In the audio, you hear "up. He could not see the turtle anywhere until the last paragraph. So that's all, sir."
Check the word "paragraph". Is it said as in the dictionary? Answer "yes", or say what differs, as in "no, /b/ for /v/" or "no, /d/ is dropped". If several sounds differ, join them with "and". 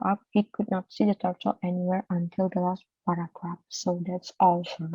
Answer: no, /p/ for /f/